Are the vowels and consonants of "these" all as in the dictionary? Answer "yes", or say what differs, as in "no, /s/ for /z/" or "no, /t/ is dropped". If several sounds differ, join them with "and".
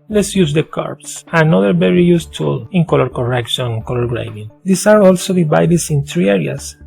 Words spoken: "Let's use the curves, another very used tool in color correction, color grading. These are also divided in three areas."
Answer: no, /s/ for /z/